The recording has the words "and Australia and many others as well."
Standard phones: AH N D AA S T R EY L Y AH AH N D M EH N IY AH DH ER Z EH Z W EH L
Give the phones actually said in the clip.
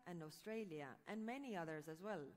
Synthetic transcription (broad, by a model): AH N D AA S T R EY L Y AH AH N M EH N IY AH DH ER Z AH Z W EH L